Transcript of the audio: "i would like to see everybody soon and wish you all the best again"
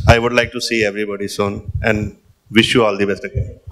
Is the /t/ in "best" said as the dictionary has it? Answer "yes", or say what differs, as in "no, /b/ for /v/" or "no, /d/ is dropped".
yes